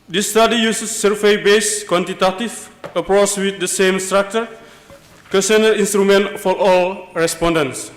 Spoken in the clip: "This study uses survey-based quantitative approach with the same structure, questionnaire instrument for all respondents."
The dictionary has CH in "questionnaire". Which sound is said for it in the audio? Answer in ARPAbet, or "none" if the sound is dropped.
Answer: none